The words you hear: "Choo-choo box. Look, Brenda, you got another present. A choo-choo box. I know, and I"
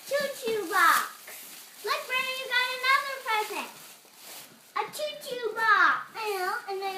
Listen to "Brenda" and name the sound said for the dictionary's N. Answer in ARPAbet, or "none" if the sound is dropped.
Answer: none